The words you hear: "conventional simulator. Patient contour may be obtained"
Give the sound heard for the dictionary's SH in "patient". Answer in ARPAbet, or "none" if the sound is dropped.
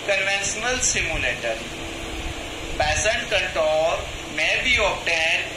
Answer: S